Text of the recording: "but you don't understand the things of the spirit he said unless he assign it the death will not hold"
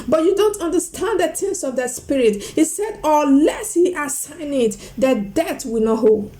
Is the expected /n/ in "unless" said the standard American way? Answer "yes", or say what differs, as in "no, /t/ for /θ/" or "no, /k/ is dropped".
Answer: no, /n/ is dropped